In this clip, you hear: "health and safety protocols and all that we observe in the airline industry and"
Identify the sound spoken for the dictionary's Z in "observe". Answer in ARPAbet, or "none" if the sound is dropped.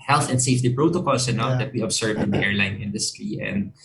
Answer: S